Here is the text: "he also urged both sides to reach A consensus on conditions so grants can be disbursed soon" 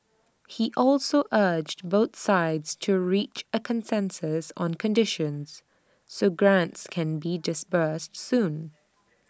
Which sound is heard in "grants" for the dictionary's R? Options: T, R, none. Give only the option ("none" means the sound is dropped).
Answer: R